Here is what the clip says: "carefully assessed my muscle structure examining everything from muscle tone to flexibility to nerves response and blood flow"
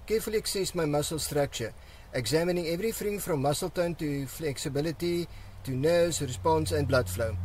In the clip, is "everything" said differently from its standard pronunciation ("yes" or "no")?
yes